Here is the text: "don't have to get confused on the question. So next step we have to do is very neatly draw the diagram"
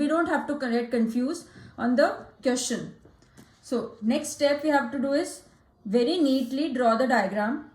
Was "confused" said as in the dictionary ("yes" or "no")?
no